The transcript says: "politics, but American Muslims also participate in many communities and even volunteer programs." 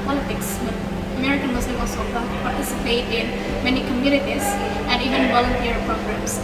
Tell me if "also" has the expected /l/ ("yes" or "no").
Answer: no